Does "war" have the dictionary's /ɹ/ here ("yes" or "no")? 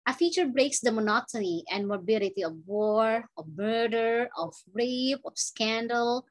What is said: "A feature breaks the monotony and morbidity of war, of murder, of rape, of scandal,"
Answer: yes